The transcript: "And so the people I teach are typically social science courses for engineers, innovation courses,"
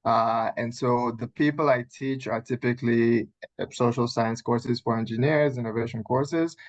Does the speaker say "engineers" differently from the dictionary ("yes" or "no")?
no